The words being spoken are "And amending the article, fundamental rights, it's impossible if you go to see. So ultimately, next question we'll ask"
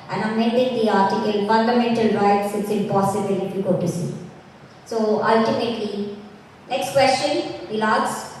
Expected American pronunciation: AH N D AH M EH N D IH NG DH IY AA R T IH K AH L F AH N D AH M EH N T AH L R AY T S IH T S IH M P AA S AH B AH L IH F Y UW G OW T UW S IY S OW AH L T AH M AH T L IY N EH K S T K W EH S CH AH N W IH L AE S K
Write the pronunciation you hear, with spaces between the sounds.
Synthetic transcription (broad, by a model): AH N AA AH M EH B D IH NG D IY AA R T IH K AH L F AH N D AH M EH N T AH L R AY T S IH T S IH M P AA S AH B AH L IH F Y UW G OW T UW S IY S OW AH L T AH M AH T L IY N EH K S T K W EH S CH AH N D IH L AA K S